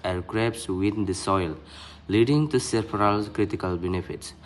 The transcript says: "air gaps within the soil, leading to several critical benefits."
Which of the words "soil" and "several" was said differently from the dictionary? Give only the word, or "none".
several